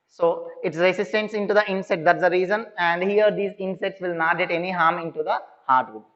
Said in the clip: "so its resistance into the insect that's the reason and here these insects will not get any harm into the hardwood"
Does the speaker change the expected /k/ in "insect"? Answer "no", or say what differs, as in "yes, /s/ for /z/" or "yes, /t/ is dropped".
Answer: yes, /k/ is dropped